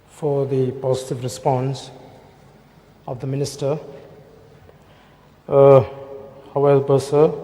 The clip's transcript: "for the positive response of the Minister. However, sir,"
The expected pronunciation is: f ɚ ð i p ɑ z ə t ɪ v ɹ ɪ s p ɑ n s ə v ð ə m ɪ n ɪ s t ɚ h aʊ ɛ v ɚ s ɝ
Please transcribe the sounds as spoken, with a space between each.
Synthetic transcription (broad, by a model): f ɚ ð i p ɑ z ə t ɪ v ɹ ɪ s p ɑ n s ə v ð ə m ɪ n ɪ s t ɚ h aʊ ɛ b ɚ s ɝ